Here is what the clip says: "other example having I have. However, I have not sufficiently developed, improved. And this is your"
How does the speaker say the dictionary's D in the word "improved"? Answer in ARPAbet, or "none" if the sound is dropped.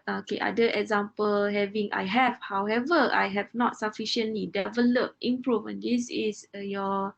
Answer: none